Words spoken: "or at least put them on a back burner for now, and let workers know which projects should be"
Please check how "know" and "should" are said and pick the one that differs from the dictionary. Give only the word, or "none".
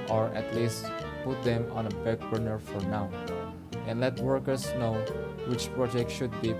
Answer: none